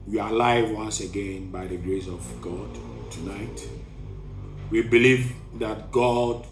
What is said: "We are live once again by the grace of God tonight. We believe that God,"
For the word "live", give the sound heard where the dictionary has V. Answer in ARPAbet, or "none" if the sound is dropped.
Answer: V